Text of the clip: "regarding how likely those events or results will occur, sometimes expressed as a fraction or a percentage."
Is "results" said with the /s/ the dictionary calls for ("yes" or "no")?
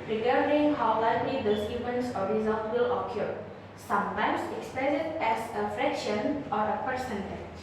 no